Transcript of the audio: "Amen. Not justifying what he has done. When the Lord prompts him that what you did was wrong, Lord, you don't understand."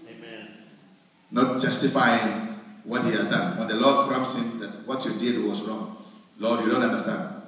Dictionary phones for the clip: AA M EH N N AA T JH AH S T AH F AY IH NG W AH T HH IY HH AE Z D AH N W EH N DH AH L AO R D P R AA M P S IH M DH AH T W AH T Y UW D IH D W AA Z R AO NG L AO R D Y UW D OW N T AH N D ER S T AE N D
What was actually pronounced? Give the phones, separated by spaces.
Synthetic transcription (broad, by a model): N N AA T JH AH S T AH F AY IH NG W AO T HH IY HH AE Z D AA N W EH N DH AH L AO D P R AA M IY S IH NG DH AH T W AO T Y UW D IH D W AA S R AO NG L AO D Y UW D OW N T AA N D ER S T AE N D